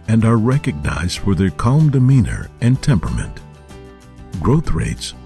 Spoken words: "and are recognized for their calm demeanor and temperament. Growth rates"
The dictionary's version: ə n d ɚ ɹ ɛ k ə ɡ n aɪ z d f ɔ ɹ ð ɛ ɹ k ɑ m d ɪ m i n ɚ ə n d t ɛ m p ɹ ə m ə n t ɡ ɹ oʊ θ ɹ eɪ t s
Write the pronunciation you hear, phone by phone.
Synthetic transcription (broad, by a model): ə n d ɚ ɹ ɛ k ə ɡ n aɪ z d f ɔ ɹ ð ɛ ɹ k ɑ m d ɪ m i n ɚ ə n t ɛ m p ɹ ə m ə n t ɡ ɹ oʊ θ ɹ eɪ t s